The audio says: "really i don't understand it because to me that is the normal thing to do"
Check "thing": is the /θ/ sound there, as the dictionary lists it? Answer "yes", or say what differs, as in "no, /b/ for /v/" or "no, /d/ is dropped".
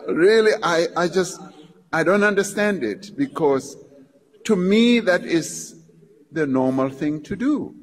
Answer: yes